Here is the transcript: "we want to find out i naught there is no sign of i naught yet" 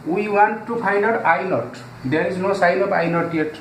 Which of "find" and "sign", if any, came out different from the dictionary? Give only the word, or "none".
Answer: find